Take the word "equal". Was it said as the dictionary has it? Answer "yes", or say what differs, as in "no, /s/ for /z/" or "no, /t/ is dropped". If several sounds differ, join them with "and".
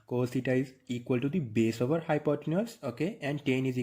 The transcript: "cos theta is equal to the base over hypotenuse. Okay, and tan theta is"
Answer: yes